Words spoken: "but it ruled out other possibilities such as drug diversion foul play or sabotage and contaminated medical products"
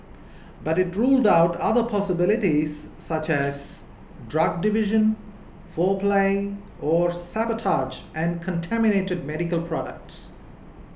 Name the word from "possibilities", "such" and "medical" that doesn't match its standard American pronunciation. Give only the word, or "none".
none